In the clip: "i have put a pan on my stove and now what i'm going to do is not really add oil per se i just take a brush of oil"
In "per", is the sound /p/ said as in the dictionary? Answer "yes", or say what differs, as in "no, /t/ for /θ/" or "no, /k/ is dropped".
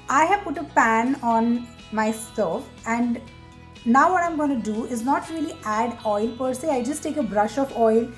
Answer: yes